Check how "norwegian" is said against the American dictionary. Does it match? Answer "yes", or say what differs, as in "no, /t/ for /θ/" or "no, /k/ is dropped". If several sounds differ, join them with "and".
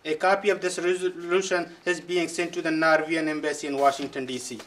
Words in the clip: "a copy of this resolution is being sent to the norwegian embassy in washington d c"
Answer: no, /dʒ/ is dropped